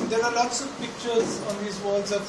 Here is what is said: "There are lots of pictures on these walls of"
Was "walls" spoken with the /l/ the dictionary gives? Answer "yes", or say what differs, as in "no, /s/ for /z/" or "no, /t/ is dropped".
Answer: no, /l/ is dropped